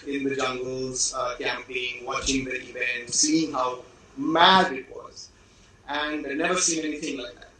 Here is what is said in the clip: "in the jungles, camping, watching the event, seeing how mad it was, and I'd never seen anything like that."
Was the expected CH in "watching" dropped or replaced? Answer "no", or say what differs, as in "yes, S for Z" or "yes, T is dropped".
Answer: no